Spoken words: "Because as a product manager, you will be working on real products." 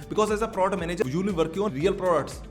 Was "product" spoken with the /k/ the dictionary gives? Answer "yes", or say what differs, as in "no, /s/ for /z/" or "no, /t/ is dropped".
no, /k/ is dropped